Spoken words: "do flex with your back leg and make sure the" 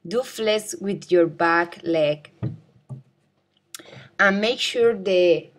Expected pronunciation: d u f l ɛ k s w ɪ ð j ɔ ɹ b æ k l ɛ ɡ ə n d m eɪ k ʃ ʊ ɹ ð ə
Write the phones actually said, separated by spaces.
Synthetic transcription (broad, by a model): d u f l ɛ s w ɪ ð j ɔ ɹ b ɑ k l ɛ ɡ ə n m eɪ k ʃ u ɹ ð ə